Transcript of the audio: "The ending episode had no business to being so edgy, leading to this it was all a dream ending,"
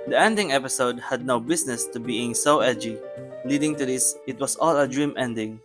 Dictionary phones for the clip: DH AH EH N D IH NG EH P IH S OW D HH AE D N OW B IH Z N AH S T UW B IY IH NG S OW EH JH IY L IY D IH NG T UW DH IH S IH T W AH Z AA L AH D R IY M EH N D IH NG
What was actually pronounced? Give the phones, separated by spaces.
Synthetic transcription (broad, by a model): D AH EH N D IH NG EH P IH S OW D HH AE D N OW B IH S N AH S T UW B IY IH NG S OW EH JH IY L IY D IH NG T UW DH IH S IH T W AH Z AA L AH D R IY M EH N D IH NG